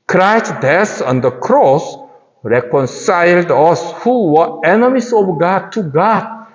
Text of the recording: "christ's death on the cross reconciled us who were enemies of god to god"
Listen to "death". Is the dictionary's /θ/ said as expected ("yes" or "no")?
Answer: no